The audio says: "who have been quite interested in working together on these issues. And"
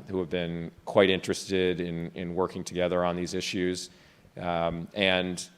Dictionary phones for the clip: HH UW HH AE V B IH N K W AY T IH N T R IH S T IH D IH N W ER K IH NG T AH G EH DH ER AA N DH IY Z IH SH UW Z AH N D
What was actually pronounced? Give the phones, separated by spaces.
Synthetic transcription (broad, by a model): HH UW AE V B IH N K W AY T IH N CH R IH S T IH D IH N W ER K IH NG T AH G EH DH ER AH N DH IY Z IH SH UW Z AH N